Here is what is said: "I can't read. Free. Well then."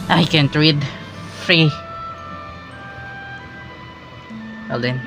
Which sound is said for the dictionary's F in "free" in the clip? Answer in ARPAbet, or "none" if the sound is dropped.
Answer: F